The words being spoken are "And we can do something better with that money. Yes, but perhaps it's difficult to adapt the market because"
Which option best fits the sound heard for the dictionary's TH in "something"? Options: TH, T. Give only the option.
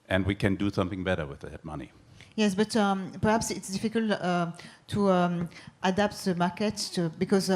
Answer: TH